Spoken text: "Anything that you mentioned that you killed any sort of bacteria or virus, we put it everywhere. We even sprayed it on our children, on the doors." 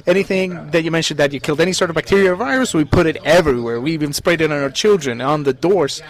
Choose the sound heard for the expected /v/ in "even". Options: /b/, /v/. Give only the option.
/b/